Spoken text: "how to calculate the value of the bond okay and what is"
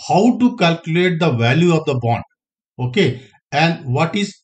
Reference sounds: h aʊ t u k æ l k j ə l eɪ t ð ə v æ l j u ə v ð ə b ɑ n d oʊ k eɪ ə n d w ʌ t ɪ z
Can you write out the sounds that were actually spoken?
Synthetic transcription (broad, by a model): h aʊ t u k æ l k j ə l eɪ t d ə v æ l j u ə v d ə b ɑ n d oʊ k eɪ ə n d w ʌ t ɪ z